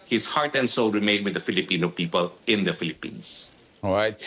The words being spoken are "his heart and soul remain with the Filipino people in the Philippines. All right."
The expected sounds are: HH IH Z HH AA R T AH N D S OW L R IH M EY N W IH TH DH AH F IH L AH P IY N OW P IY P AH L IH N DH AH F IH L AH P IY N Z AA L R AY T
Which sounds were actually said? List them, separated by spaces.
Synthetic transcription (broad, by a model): HH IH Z HH AA R T AH N D S OW L R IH M EY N W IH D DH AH F IH L AH P IY N OW P IY P AH L IH N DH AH F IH L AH P IY N S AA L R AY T